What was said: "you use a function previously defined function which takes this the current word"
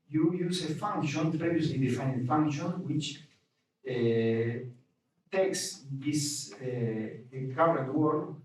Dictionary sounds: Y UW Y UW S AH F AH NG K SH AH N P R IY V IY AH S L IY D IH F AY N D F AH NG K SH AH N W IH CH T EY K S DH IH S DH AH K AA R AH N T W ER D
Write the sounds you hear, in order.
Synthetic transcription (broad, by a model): Y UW Y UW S AH F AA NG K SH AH N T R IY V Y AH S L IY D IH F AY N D F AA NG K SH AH N W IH CH T EY K S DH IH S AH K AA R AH T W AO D